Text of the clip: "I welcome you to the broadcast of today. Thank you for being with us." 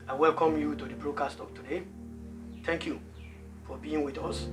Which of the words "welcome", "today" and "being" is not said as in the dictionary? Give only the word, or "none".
none